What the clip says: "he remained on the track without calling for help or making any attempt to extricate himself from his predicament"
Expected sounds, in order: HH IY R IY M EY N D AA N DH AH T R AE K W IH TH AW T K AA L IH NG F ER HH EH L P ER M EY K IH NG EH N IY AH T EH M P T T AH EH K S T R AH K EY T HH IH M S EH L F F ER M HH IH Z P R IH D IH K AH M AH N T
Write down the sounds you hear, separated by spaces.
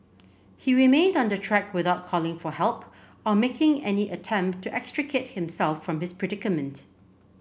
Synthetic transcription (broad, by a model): HH IY R IY M EY N D AA N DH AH T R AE K W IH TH AW T K AA L IH NG F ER HH EH L P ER M EY K IH NG EH N IY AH T EH M P T T EH K S T R AH K EY T HH IH M S EH L F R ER M HH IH S P R IH D IH K AH M AH N T